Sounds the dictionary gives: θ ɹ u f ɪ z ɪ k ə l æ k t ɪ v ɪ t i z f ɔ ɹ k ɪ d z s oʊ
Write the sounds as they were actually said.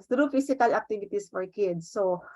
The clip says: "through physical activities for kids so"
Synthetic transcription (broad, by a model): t ɹ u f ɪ s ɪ k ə l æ k t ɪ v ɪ t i s f ɔ ɹ k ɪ d s oʊ